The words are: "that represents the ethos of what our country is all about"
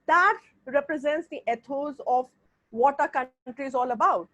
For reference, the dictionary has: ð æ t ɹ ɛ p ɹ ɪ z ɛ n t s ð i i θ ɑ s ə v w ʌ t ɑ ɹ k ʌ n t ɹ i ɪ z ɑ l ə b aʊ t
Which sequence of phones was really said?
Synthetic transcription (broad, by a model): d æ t ɹ ɛ p ɹ ɪ z ɛ n t s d i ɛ t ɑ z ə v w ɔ t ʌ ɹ k ʌ n t ɹ i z ɑ l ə b aʊ t